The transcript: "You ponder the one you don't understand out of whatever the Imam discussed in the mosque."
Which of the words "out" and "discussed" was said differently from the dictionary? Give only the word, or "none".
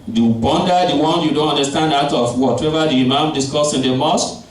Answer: discussed